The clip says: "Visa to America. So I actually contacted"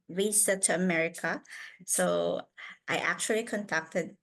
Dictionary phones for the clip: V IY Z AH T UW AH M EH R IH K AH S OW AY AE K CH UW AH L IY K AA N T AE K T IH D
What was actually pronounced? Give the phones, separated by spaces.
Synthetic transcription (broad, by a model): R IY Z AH T UW AH M EH R IH K AH S OW AY AE K CH UW AH L IY K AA N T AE K T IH D